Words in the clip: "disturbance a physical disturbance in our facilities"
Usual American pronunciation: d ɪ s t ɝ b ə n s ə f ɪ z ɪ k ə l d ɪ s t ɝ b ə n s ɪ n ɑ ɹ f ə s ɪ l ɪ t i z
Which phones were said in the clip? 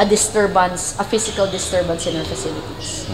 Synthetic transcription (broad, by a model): d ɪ s t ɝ b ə n s ə f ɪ s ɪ k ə l d ɪ s t ɝ b ə n s ɪ n ɑ ɹ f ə s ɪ l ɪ t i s